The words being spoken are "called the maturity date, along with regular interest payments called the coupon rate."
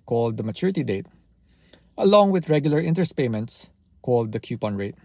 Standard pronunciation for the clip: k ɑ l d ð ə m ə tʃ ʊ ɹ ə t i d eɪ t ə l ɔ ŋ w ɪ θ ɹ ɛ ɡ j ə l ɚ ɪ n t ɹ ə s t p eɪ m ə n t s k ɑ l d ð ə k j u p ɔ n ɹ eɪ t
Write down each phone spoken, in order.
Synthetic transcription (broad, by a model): k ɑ l d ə m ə tʃ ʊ ɹ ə t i d eɪ t ə l ɔ ŋ w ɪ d ɹ ɛ ɡ j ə l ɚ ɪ n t ə s p eɪ m ə n t s k ɑ l d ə k j u p ɔ n ɹ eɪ t